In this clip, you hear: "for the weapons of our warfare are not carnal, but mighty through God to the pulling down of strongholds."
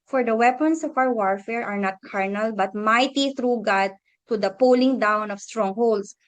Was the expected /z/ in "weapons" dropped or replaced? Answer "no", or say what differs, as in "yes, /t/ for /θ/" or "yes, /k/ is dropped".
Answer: yes, /s/ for /z/